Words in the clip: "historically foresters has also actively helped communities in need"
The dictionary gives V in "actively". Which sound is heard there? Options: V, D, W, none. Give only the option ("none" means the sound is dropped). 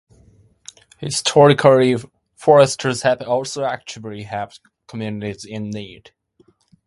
none